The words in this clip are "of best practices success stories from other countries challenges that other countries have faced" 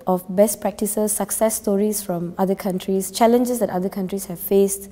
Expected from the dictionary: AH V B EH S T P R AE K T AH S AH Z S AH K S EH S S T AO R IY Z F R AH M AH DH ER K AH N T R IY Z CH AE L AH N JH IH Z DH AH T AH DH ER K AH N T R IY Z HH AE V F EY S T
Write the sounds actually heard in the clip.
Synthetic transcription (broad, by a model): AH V B EH S T P R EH K T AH S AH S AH K S EH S S T AO R IY S F R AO M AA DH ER K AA N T R IY S CH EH L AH N JH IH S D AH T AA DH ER K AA N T R IY S HH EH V F EY S T